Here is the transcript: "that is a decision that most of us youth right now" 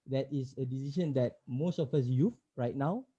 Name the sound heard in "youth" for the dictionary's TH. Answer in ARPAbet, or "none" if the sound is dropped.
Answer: F